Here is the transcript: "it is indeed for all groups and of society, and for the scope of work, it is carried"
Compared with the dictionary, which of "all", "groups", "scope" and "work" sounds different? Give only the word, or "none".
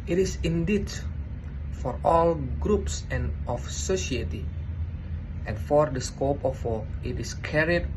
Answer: work